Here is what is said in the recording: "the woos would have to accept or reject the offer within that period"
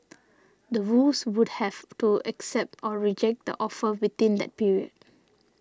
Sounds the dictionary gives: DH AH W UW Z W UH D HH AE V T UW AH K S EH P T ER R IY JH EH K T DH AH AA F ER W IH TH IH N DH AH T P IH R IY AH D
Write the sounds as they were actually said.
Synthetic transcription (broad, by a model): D AH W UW S W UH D HH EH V T UW AH K S EH P T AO R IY JH EH K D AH AA F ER W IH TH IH N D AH T P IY R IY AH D